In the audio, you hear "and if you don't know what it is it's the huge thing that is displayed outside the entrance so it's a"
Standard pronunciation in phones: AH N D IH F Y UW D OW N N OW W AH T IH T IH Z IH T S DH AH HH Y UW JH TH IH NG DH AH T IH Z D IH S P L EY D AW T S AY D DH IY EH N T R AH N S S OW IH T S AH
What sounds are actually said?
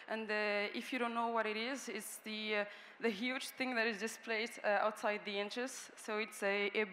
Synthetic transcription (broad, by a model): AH N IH IH F Y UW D OW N N OW W AH T IH T IH Z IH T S DH AH HH Y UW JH TH IH NG DH AH T IH Z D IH S P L EY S AW T S AY D DH IY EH N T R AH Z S S OW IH T S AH